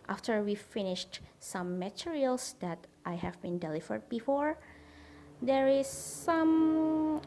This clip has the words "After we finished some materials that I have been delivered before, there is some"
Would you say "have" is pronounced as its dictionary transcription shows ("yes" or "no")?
yes